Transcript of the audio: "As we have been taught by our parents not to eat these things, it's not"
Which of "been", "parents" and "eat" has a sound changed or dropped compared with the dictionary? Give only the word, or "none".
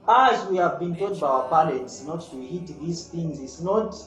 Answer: parents